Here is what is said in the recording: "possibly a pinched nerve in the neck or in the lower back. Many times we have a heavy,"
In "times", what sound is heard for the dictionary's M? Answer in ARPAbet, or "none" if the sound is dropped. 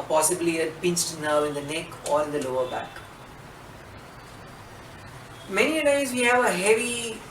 none